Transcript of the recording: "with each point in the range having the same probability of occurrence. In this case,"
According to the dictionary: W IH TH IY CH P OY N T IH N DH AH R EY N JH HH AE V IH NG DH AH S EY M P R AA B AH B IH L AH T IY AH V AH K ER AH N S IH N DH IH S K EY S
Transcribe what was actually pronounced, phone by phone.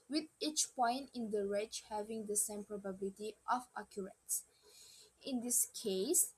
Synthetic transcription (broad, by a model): W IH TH IY CH P OY N T IH N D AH R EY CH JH HH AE V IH NG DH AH S EY M P R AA B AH B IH L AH T IY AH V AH K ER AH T S IH N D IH S K EY S